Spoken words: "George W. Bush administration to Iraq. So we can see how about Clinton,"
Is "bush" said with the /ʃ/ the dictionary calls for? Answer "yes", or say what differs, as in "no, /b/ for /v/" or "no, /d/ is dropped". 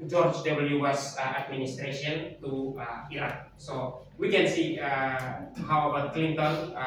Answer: no, /s/ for /ʃ/